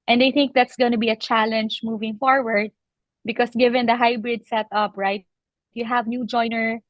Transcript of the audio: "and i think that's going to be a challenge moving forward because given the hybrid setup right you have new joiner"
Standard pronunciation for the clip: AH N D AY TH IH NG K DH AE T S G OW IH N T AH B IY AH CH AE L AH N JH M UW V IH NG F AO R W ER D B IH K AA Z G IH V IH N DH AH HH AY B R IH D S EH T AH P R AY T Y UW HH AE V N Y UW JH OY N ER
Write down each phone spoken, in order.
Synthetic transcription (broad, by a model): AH N D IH TH IH NG K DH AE T S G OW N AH B IY AH CH AE L AH N JH M UW V IH NG F AO R W ER D B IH K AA S G IH V IH N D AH HH AY B R IH D S EH T AH P R AY T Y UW HH AE V N Y UW JH OY N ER